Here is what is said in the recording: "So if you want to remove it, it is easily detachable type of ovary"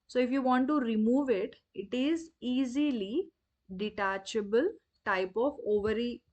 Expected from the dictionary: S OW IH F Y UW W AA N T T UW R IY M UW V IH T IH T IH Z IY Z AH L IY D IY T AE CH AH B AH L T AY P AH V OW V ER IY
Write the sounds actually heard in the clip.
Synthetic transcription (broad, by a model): S OW IH F Y UW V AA N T T UW R IY M UW V IH T IH T IH Z IY Z AH L IY D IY T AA CH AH B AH L T AY P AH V OW V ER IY